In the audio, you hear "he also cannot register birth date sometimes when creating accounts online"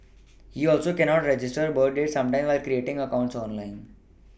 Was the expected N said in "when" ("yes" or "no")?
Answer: no